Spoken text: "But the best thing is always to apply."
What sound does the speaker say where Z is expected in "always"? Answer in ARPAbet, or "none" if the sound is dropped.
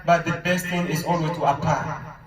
none